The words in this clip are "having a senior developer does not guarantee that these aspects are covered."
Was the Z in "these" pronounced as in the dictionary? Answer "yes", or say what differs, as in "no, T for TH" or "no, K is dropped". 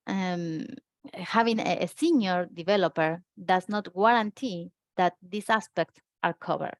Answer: no, S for Z